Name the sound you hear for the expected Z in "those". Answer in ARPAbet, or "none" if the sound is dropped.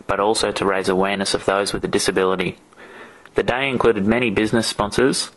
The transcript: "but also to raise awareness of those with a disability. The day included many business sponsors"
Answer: Z